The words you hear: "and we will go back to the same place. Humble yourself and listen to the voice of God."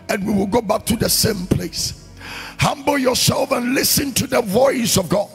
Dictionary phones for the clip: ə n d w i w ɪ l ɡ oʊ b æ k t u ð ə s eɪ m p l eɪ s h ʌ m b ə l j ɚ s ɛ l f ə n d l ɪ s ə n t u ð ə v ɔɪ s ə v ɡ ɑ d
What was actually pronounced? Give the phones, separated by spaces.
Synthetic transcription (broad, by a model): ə n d w i w ɪ l ɡ oʊ b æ k t u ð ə s eɪ m p l eɪ s h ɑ m b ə l j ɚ s ɛ l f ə n l ɪ s ə n t u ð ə v ɔɪ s ə v ɡ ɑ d